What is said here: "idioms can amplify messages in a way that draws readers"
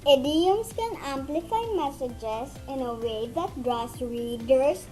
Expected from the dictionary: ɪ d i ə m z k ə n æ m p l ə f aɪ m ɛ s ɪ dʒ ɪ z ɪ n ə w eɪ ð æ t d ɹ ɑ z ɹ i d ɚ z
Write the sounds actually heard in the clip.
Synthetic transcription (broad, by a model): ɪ d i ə m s k ə n æ m p l ə f aɪ m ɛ s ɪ dʒ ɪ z ɪ n ə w eɪ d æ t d ɹ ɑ s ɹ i d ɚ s